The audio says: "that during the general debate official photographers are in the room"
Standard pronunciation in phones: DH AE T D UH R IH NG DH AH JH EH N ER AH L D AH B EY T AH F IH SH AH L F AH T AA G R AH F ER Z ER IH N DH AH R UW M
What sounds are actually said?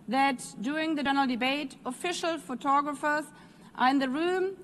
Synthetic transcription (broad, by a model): DH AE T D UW IH NG DH AH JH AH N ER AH L D AH B EY T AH F IH SH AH L F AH T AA G R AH F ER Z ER IH N DH AH R UW M